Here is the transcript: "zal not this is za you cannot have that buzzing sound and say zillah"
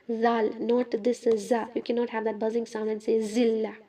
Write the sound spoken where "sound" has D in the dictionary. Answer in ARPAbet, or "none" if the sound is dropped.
none